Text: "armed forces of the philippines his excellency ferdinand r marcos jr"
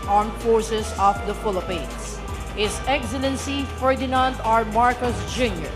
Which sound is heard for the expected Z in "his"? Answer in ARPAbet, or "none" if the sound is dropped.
S